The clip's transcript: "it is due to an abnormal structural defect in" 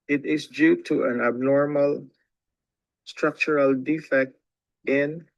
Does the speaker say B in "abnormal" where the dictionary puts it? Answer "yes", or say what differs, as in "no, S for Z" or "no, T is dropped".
yes